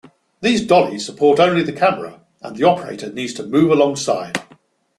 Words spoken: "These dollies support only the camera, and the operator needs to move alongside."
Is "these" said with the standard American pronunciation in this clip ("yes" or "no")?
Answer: yes